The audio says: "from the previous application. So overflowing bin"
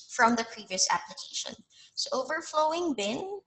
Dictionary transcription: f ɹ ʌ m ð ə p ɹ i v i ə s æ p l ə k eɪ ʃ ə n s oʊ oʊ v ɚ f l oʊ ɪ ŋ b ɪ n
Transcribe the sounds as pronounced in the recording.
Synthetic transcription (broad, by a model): f ɹ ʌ m ð ə p ɹ i v i ə s æ p l ə k eɪ ʃ ə n s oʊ oʊ v ɚ f l oʊ ɪ ŋ b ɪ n